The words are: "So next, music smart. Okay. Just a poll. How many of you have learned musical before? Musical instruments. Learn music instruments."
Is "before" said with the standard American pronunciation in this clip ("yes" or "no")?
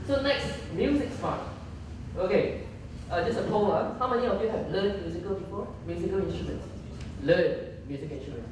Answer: no